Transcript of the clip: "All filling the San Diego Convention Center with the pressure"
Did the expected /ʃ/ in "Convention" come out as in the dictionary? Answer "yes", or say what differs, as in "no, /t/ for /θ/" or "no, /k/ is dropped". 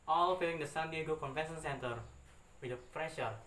no, /s/ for /ʃ/